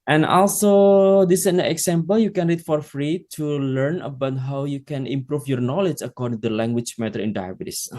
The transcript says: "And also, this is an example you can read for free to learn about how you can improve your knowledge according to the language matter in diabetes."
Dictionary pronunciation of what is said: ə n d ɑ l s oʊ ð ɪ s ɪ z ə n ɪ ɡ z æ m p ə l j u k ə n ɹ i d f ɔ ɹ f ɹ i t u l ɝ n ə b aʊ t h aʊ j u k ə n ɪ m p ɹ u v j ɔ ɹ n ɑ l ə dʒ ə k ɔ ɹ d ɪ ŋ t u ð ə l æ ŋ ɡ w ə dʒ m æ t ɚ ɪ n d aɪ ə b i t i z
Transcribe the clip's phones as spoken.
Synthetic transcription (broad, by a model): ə n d ɑ l s oʊ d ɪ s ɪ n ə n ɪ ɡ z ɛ m p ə l j u k ə n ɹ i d f ɔ ɹ f ɹ i t u l ɝ n ə b aʊ t h aʊ j u k ə n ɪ m p ɹ u f j ɔ ɹ n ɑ l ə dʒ ə k ɔ ɹ d ɪ ŋ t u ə l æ ŋ ɡ w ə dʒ m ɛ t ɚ ɪ n d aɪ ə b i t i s